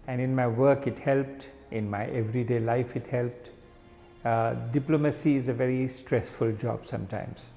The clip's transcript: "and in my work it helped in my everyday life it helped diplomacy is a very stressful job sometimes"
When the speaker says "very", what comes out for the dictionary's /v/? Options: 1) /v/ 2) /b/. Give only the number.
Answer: 1